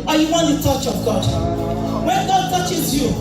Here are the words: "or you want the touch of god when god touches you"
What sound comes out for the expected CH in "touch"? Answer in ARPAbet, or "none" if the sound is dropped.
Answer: CH